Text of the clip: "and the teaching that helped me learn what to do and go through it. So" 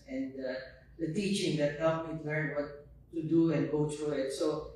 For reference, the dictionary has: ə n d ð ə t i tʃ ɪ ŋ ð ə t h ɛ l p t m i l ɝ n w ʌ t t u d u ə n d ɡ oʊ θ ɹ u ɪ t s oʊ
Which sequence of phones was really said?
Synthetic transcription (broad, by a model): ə n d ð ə t i tʃ ɪ ŋ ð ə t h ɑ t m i l ɝ n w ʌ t t u d u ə n ɡ oʊ t ɹ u ɪ t s oʊ